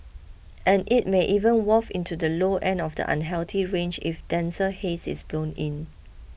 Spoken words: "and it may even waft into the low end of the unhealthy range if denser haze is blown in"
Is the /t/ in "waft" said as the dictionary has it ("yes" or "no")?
no